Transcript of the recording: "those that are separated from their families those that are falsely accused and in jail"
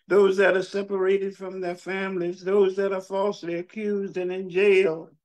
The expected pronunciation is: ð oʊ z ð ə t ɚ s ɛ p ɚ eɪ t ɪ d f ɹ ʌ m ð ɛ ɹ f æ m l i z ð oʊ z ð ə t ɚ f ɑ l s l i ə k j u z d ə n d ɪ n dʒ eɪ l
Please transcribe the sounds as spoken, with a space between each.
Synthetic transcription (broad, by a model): ð oʊ z ð ə t ɚ s ɛ p ɚ eɪ t ɪ d f ɹ ʌ m ð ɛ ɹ f æ m l i z ð oʊ z ð ə t ɚ f ɑ l s l i ə k j u z d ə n ɪ n dʒ eɪ l